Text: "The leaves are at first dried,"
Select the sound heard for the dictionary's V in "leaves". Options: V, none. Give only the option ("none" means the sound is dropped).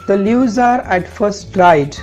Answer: none